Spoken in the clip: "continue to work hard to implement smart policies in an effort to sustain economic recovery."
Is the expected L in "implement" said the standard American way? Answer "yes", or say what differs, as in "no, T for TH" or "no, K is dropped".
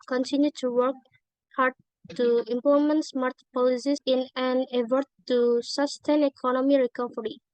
no, L is dropped